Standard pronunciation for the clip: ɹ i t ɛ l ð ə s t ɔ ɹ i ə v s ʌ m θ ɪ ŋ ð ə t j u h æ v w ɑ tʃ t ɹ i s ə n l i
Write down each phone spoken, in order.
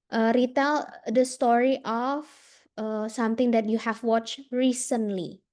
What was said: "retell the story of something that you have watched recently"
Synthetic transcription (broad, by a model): ɹ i t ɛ l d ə s t ɔ ɹ i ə f s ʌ m t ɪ ŋ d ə t j u h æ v w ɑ tʃ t ɹ i s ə n l i